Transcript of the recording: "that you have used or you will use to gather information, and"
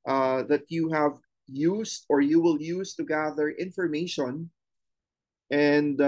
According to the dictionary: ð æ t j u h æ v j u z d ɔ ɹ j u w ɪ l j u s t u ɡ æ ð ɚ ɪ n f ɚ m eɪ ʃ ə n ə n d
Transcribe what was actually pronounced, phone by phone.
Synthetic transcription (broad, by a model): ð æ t j u h æ v j u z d ɔ ɹ j u w ɪ l j u s t u ɡ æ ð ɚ ɪ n f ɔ m eɪ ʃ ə n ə n d